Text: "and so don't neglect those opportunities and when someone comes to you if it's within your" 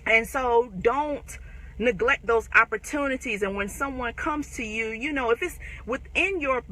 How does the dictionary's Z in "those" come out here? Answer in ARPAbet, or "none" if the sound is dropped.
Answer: Z